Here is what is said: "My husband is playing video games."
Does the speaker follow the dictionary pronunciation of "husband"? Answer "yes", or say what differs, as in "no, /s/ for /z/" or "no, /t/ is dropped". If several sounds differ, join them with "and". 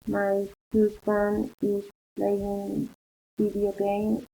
no, /d/ is dropped